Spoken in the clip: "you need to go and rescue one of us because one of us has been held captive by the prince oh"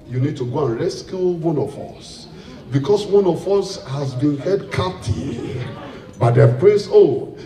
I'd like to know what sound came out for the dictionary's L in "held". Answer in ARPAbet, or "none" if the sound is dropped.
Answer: none